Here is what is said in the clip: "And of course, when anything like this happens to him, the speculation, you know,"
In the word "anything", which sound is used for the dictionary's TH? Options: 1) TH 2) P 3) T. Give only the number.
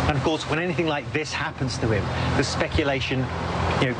1